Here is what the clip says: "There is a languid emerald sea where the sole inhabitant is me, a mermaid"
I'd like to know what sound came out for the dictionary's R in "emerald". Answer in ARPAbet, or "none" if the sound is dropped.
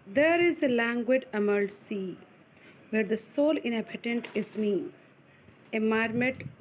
none